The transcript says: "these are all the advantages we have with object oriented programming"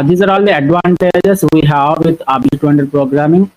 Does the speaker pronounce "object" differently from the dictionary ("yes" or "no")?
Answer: yes